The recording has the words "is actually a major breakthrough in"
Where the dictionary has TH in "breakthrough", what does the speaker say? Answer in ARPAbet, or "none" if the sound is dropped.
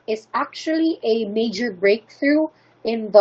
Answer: TH